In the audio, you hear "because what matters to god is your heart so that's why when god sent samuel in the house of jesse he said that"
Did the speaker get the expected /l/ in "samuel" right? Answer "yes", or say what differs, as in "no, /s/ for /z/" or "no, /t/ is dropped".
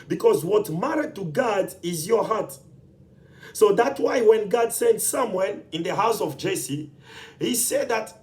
no, /n/ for /l/